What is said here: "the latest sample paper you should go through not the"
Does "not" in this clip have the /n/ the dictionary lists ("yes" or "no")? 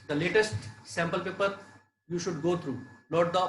no